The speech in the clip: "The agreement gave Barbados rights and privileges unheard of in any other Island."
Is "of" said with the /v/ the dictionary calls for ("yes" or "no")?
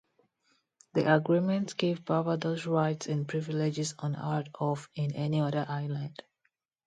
no